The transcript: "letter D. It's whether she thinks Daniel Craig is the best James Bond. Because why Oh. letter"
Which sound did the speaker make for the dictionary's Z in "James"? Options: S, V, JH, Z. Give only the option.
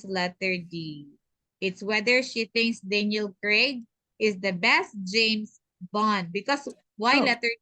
S